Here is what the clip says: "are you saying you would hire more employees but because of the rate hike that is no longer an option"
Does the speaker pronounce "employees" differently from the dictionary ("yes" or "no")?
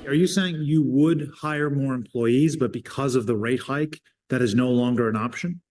no